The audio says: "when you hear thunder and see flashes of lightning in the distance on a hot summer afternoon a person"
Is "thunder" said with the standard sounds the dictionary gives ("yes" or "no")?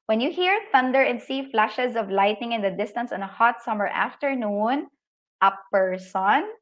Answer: yes